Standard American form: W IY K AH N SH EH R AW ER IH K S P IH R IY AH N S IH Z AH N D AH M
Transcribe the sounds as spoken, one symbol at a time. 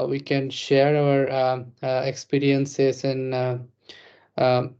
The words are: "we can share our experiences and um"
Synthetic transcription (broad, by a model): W IY K AH N SH EH R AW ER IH K S P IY R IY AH N S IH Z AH N